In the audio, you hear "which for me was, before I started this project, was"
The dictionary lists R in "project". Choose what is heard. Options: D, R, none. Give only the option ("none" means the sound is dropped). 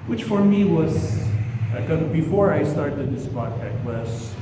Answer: none